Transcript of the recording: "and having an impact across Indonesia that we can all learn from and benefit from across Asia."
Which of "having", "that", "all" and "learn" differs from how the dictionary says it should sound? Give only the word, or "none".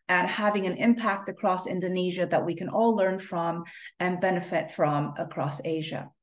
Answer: none